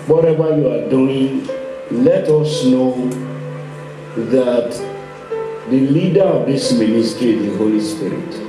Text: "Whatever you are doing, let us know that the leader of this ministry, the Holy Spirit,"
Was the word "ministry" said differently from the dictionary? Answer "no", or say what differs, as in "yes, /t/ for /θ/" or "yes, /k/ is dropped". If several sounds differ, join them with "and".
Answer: yes, /ɹ/ is dropped